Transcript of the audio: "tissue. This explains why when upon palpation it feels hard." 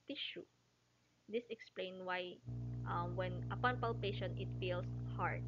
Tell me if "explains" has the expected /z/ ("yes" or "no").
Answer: no